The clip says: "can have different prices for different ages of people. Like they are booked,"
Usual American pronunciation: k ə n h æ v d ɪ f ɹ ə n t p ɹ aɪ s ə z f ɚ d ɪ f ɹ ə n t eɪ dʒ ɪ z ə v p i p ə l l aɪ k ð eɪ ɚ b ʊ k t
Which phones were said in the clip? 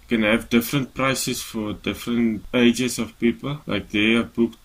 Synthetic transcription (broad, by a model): k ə n h æ v d ɪ f ɹ ə n t p ɹ aɪ s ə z f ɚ d ɪ f ɹ ə n t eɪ dʒ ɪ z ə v p i p ə l l aɪ k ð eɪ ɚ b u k